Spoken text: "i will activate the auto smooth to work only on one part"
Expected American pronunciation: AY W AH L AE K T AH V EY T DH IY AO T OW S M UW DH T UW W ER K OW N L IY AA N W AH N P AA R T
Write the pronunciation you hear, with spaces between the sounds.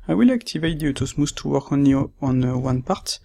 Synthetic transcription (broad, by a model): AY W AH L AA K T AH V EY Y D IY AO T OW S M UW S T UW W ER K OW N IY AA N W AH N P AA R T